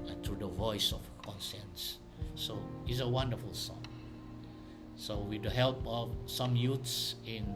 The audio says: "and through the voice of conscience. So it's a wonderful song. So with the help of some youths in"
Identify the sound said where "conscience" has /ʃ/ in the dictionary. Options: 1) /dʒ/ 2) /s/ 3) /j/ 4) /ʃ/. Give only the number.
2